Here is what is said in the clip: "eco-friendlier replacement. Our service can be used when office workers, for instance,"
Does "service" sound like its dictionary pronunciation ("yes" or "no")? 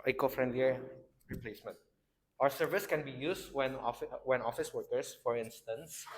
yes